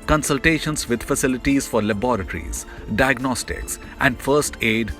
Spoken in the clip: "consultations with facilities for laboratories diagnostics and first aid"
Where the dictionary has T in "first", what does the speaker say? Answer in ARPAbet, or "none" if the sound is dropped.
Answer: T